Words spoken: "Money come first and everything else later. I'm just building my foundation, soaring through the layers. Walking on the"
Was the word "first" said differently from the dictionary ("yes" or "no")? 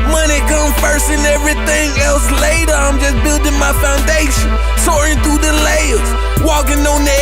yes